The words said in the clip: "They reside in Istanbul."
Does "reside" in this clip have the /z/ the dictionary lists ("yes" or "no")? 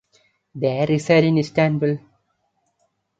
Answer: no